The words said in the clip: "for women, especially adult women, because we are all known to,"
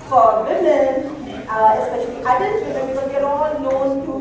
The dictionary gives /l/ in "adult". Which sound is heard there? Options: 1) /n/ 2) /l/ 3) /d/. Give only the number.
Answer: 1